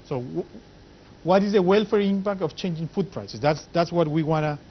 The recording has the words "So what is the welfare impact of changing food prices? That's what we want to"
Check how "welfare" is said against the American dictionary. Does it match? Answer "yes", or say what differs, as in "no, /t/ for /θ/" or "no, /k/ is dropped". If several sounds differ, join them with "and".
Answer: yes